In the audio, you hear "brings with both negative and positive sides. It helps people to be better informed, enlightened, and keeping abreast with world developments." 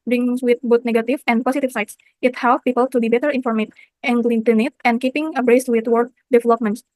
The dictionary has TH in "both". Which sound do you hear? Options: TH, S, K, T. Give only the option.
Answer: T